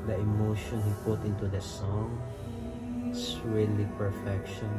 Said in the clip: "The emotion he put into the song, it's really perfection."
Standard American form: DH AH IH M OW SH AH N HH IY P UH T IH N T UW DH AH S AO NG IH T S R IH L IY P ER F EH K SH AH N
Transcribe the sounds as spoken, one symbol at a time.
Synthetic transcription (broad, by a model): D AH IH M OW SH AH N HH IY P UH T IH N T UW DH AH S AO NG IH T S R IH L IY P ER F EH K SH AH N